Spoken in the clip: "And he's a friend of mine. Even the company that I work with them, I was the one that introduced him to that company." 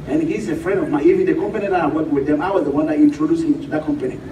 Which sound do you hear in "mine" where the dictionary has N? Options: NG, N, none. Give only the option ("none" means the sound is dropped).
none